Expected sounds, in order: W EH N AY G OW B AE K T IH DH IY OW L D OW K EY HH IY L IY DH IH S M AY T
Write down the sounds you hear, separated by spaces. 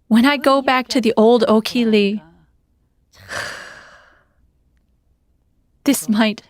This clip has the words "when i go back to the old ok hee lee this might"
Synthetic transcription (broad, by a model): W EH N AY G OW B AE K T IH DH IY OW L D OW K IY L IY DH IH S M AY T